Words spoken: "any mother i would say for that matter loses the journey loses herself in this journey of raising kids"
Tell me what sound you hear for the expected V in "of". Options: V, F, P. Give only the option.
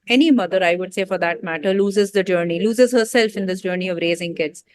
V